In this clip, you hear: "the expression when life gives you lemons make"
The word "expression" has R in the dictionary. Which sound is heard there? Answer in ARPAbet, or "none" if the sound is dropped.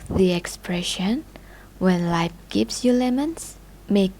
R